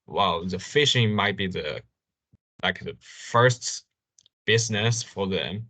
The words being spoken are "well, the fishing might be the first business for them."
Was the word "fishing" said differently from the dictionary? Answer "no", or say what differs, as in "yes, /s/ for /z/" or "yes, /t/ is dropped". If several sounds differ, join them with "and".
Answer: no